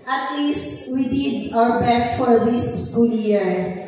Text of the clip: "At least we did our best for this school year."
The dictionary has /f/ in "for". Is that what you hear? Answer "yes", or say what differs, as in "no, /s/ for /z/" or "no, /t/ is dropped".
yes